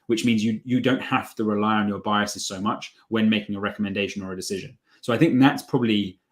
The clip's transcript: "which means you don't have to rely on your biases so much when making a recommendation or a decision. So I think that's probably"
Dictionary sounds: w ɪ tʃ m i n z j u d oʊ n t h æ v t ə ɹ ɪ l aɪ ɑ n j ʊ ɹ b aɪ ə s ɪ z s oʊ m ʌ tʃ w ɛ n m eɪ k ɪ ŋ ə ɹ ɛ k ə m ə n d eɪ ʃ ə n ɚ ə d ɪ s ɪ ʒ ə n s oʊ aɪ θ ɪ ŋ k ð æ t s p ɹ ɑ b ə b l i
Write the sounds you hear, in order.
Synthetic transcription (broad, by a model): w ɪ tʃ m i n z j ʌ d oʊ n t h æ f t ə ɹ ɪ l aɪ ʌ n j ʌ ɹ b aɪ ə s ɪ z s oʊ m ʌ tʃ w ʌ n m eɪ k ɪ ŋ ə ɹ ɛ k ə m ə n d eɪ ʃ ə n ɚ ə d ɪ s ɪ ʒ ə n s oʊ aɪ θ ɪ ŋ k ð æ t s p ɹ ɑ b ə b l i